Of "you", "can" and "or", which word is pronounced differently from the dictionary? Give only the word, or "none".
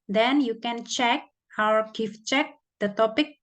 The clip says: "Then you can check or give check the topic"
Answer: or